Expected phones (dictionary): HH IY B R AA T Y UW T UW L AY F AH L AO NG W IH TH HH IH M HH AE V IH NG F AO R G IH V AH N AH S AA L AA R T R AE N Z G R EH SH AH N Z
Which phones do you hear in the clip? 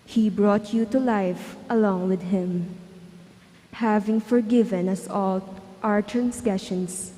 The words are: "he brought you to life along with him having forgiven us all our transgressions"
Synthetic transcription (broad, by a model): HH IY B R AA T Y UW T UW L AY F AH L AO NG W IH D HH IH M HH AE V IH NG F AO R G IH V AH N AH S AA L AA R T R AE N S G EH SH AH N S